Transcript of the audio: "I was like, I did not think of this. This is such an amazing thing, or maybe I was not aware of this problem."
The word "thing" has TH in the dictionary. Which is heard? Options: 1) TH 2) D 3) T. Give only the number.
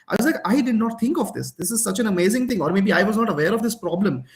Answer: 3